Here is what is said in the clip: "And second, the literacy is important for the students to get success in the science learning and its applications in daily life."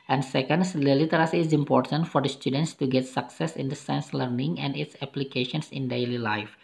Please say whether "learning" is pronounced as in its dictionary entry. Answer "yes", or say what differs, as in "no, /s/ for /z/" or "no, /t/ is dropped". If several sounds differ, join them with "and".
yes